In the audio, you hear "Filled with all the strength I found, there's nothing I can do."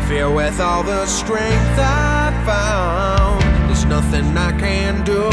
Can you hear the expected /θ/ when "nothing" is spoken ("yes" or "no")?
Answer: yes